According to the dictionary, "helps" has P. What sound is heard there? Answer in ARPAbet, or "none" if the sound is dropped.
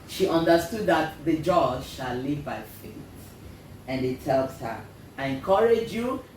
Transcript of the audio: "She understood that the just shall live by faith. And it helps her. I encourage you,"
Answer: none